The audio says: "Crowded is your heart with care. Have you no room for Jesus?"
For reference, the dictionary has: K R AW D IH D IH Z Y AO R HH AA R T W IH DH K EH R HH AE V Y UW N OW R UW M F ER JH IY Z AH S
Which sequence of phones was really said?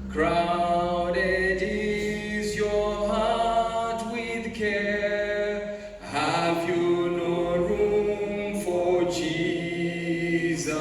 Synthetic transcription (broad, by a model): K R AW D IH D IH Z Y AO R HH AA T W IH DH K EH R HH AE V Y UW N OW R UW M F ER JH IY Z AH